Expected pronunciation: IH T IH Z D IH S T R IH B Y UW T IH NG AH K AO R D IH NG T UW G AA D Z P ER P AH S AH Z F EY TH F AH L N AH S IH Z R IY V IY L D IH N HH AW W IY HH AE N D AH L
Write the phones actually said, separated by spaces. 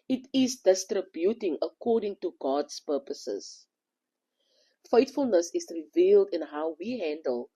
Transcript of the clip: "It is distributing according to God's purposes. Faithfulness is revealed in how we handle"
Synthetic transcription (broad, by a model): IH T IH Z D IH S T R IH B Y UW T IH NG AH K AO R D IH NG T UW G AA D S P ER P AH S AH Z F EY T F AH L N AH S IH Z R IY V IY L D IH N HH AW W IY HH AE N D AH L